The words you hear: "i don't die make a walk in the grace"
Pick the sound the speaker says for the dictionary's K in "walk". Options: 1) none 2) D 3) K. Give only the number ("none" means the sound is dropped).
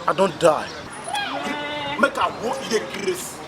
1